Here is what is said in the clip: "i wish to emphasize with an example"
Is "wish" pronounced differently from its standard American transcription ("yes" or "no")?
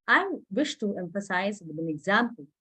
no